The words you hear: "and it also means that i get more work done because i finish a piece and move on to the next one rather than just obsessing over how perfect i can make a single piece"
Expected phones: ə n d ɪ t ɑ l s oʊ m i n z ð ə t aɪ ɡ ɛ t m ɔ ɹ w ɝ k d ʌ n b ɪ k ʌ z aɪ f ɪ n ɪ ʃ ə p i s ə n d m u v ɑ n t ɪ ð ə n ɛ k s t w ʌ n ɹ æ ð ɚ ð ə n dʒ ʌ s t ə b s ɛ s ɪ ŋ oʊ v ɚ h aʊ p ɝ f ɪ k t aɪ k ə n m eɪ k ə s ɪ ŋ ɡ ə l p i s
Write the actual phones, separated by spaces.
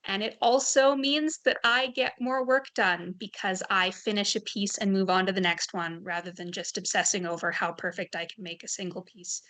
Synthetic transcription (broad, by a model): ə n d ɪ t ɑ l s oʊ m i n z ð ə t aɪ ɡ ɛ t m ɔ ɹ w ɝ k d ʌ n b ɪ k ʌ z aɪ f ɪ n ɪ ʃ ə p i s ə n m u v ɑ n t ɪ ð ə n ɛ k s t w ʌ n ɹ æ ð ɚ ð ə n dʒ ʌ s t ə b s ɛ s ɪ ŋ oʊ v ɚ h aʊ p ɝ f ɪ k t aɪ k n m eɪ k ə s ɪ ŋ ɡ l p i s